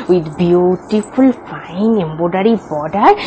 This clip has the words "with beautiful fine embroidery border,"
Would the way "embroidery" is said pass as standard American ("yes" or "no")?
no